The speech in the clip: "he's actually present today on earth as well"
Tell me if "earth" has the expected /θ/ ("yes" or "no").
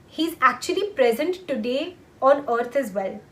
no